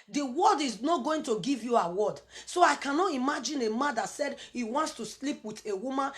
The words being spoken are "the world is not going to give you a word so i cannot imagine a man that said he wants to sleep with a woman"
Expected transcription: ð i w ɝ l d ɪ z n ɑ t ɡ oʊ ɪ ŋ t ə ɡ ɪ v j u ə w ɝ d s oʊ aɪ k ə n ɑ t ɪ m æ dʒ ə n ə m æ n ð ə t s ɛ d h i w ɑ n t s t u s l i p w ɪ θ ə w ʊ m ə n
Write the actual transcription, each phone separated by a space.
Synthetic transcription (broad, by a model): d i w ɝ d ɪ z n ɑ t ɡ oʊ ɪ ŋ t ə ɡ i v j u ə w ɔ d s oʊ aɪ k ə n ɑ t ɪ m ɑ dʒ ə n ə m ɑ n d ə t s ɛ d h i w ɑ n t s t u s l i p w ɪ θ ə w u m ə n